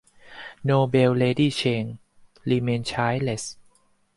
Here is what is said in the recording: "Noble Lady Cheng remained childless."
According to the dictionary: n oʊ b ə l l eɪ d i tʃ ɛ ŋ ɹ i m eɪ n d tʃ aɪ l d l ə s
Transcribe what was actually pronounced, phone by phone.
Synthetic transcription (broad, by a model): n oʊ b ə w l eɪ d i tʃ ɛ ŋ l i m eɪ n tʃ aɪ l l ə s